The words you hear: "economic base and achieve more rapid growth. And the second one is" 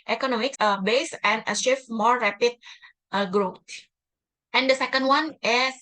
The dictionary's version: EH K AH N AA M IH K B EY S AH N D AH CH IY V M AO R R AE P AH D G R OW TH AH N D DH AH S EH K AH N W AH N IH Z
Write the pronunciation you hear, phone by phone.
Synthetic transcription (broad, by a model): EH K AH N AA M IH K B EY S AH N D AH SH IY F M AO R R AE P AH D G R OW T AH N D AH S EH K AH N W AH N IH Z